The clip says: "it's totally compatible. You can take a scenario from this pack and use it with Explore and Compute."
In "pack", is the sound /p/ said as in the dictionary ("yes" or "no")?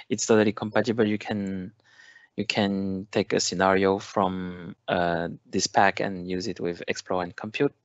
yes